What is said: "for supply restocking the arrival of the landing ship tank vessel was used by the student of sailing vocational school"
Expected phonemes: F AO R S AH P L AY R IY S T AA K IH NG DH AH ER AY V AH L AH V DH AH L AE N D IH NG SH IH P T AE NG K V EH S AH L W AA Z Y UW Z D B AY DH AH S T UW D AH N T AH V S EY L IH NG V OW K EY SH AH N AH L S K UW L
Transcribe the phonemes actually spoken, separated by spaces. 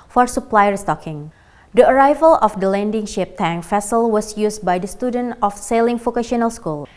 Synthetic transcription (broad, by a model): F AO R S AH P L AY R IY S T AA K IH NG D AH ER AY V AH L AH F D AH L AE N D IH NG SH IH P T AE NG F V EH S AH L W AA S Y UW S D B AY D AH S T UW D AH N T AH F S EY L IH NG F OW K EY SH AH N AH L S K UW L